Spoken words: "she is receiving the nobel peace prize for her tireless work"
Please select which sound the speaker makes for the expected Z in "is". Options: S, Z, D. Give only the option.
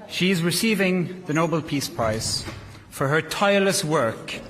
Z